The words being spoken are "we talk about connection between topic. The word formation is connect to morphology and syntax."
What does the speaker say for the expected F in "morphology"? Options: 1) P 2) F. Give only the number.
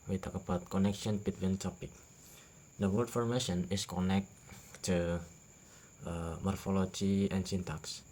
2